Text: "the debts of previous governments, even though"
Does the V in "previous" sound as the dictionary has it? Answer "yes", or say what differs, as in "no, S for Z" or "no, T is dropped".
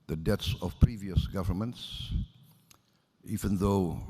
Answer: yes